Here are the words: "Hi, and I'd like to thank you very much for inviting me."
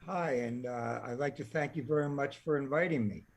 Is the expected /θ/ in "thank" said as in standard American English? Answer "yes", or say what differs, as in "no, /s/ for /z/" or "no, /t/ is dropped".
yes